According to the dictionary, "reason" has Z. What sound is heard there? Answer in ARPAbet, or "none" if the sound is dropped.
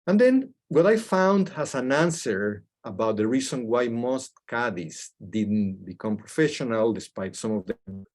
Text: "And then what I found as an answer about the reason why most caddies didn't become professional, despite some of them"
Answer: S